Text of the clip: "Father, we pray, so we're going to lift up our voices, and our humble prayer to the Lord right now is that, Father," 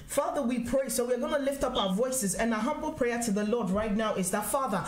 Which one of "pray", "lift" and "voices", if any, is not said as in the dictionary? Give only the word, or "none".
none